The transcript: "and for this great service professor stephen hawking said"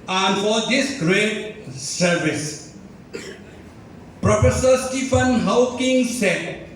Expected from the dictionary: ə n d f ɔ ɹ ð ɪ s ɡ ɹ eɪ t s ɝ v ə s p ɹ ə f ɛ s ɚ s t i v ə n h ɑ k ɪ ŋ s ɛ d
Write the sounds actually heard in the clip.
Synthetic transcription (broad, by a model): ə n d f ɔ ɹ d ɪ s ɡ ɹ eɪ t s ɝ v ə s p ɹ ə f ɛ s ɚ s t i f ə n h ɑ k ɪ ŋ s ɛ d